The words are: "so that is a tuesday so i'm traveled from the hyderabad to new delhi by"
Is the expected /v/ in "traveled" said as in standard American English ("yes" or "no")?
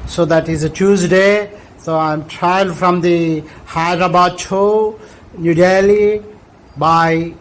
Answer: no